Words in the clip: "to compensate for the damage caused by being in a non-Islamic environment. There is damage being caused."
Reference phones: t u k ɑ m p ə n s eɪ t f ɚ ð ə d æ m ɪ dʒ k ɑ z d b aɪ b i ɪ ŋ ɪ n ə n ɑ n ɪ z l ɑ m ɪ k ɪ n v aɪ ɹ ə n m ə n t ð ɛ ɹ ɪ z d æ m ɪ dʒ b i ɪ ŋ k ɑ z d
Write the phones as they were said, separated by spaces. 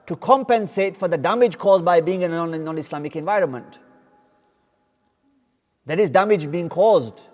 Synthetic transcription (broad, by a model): t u k ɑ m p ə n s eɪ t f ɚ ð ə d æ m ɪ dʒ k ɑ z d b aɪ b i ɪ ŋ ɪ n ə n ɑ n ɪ s l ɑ m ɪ k ɪ n v aɪ ɹ ə n m ə n t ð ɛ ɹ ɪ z d æ m ɪ dʒ b i ɪ ŋ k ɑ z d